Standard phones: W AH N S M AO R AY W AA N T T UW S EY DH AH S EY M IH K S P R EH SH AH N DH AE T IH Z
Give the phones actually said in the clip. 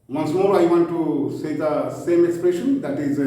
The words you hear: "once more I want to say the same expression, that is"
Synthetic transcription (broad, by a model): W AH N S M AO R AY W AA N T T UW S EY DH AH S EY M IH K S P R EH SH AH N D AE T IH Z